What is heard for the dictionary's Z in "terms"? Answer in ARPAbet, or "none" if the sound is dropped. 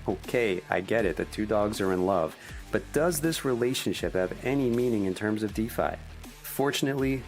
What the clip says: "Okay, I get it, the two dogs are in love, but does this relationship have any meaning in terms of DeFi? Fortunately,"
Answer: Z